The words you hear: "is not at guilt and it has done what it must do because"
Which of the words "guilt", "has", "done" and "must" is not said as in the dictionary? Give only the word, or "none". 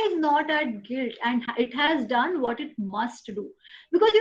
none